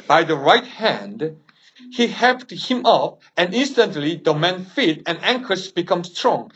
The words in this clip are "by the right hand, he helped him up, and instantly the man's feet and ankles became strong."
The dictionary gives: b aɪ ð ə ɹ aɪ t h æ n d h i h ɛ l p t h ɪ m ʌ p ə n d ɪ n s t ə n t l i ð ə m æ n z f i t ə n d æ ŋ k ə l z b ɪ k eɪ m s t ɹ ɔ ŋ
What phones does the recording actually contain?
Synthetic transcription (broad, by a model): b aɪ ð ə ɹ aɪ t h æ n d h i h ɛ p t h ɪ m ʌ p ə n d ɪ n s t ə n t l i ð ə m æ n f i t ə n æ ŋ k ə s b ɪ k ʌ m s t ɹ ɔ ŋ